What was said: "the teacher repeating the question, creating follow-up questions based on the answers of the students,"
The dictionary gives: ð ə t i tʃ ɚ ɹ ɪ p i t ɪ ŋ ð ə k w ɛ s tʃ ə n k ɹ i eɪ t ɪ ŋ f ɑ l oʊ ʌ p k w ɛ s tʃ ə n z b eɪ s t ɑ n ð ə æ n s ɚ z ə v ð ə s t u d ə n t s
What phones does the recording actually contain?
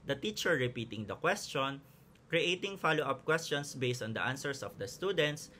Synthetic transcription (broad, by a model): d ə t i tʃ ɚ ɹ ɪ p i t ɪ ŋ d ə k w ɛ s tʃ ə n k ɹ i eɪ t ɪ ŋ f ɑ l oʊ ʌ p k w ɛ s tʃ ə n s b eɪ s t ɑ n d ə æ n s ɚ s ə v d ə s t u d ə n t s